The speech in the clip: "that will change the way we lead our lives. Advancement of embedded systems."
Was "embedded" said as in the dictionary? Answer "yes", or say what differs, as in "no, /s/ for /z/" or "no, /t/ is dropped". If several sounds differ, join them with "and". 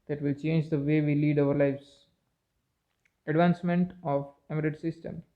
no, /b/ is dropped